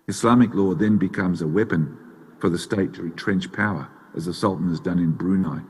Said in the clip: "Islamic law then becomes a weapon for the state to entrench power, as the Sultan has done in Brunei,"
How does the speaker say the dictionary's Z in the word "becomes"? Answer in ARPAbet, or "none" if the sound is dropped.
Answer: Z